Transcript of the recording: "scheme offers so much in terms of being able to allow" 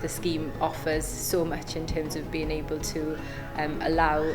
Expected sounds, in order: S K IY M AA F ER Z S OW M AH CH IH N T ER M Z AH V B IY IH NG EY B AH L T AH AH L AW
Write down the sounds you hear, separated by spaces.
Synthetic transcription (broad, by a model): S K IY M AA F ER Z S OW M AH CH IH N T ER M Z AH V B IY IH NG EY B AH L T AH AH L AW